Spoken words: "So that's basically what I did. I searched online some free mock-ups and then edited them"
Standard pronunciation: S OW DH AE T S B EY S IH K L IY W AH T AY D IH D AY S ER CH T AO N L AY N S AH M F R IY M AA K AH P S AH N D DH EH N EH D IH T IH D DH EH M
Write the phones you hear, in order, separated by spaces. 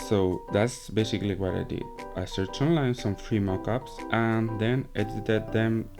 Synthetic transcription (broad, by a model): S OW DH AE T S B EY S IH K L IY W AH T AY D IH D AY S ER CH T AO N L AY N S AH M F R IY M AA K AH P S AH N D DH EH N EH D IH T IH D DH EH M